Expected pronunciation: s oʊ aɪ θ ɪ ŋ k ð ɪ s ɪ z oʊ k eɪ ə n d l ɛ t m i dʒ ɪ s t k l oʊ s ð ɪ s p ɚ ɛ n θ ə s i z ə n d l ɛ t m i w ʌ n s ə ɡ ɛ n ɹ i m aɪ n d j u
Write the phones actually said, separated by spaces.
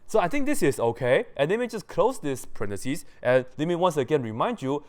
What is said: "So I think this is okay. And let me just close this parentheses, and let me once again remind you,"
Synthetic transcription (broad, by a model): s oʊ aɪ t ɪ ŋ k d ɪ s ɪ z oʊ k eɪ ə n d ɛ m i dʒ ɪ s k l oʊ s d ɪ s p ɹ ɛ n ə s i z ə n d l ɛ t m i w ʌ n s ə ɡ ɛ n ɹ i m aɪ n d j u